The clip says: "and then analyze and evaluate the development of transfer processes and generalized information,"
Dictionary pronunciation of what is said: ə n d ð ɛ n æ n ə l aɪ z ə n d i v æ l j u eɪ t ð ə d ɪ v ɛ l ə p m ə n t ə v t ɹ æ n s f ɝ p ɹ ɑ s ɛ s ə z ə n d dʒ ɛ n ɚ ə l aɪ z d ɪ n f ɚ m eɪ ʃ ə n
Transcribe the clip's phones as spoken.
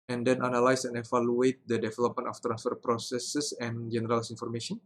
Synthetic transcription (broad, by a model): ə n d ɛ n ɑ n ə l aɪ s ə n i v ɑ l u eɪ t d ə d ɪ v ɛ l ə p m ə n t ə f t ɹ æ n s f ɝ p ɹ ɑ s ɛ s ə s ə n dʒ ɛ n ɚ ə l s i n f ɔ m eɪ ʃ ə n